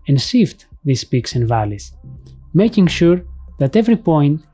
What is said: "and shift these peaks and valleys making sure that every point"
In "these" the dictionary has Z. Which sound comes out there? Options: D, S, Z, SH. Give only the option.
S